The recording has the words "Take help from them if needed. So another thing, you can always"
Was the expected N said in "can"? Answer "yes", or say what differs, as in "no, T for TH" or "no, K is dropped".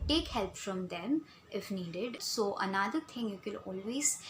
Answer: no, L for N